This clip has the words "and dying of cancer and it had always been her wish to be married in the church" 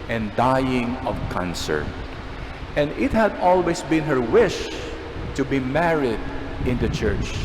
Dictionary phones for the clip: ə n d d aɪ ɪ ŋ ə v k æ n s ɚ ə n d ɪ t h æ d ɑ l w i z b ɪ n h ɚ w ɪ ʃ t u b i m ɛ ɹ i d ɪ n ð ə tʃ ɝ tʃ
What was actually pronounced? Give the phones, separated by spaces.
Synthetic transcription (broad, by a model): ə n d d aɪ ɪ ŋ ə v k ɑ n s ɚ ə n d ɪ t h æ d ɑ l w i s b ɪ n h ɚ w ɪ ʃ t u b i m ɛ ɹ i d ɪ n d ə tʃ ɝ tʃ